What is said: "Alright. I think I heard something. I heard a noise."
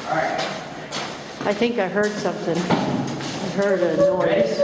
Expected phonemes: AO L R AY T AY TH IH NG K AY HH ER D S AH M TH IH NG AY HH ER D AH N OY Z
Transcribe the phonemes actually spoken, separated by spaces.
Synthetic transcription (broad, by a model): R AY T AY TH IH NG K AY HH ER D S AH M TH IH NG AY HH ER D AH N OY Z